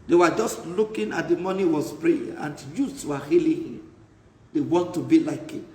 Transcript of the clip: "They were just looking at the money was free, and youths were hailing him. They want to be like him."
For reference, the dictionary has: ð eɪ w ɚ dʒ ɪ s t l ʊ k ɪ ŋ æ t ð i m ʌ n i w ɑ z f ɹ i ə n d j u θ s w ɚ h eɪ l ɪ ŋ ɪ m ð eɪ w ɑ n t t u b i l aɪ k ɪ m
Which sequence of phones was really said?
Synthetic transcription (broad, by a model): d eɪ w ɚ dʒ ɪ s t l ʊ k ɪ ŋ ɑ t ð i m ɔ n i w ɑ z p ɹ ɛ ə n d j u t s w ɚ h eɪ l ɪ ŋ ɪ m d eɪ w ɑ n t t u b i l aɪ k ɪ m